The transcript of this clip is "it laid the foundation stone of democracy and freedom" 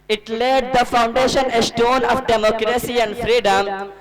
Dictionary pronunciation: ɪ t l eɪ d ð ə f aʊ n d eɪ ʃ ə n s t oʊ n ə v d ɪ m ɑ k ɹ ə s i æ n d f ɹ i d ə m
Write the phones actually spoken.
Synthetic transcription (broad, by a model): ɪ t l eɪ d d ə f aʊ n d eɪ ʃ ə n s t oʊ n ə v d ɪ m ɑ k ɹ ə s i æ n d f ɹ i d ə m